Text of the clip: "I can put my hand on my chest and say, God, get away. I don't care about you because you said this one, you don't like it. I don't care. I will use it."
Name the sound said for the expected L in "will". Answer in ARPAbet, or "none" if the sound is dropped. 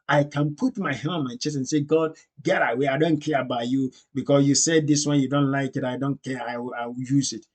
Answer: W